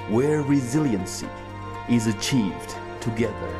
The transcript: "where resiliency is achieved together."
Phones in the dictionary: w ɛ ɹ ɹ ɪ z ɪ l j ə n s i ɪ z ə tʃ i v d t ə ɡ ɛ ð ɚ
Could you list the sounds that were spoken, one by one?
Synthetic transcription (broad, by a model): w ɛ ɹ ɹ ɪ z ɪ l j ə n s i ɪ z ə tʃ i v d t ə ɡ ɛ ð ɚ